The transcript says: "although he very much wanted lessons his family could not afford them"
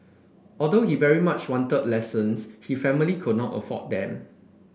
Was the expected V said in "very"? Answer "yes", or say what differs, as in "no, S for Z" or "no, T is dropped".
yes